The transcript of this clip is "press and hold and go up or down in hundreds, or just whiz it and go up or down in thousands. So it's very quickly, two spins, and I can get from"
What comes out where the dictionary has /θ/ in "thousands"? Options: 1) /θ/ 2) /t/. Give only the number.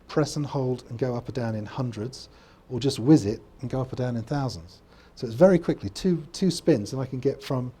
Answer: 1